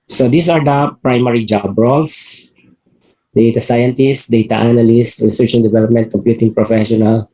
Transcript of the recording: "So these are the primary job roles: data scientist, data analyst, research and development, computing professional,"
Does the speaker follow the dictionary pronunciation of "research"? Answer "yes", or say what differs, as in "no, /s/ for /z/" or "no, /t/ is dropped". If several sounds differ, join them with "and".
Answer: no, /ʃ/ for /tʃ/